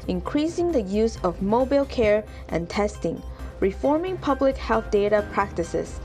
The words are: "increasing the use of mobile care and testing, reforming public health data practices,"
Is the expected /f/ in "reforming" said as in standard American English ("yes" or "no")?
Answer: yes